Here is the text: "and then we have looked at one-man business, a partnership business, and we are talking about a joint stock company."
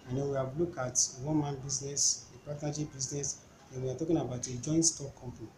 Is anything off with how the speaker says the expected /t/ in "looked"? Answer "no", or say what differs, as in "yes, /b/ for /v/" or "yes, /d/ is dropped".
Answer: yes, /t/ is dropped